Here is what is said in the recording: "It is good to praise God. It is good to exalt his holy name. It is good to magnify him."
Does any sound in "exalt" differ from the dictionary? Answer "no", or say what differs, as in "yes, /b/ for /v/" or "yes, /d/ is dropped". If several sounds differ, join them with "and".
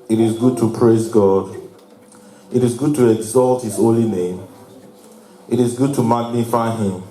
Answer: no